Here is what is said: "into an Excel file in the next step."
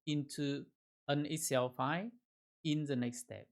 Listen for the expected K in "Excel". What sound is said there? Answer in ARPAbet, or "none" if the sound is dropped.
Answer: none